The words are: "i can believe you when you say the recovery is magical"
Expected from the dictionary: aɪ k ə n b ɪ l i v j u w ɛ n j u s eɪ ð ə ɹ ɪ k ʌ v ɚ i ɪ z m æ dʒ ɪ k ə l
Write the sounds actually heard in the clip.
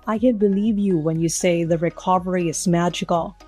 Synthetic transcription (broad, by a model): aɪ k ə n b ɪ l i v j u w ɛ n j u s eɪ ð ə ɹ ɪ k ʌ v ɚ i ɪ z m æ dʒ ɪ k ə l